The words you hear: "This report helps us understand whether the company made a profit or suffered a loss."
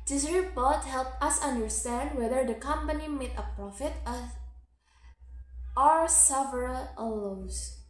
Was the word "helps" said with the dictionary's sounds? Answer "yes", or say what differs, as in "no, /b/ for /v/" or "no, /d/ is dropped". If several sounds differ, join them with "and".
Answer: no, /s/ is dropped